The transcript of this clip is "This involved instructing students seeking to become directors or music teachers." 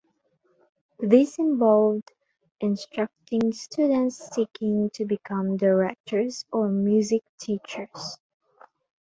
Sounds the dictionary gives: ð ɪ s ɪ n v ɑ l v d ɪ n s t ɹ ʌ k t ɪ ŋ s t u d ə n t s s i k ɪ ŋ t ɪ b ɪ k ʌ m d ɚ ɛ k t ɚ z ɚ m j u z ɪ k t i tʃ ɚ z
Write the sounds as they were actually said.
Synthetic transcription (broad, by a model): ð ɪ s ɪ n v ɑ l v d ɪ n s t ɹ ʌ k t ɪ ŋ s t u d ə n t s s i k ɪ ŋ t ɪ b ɪ k ʌ m d ɚ ɛ k t ɚ z ɚ m j u z ɪ k t i tʃ ɚ z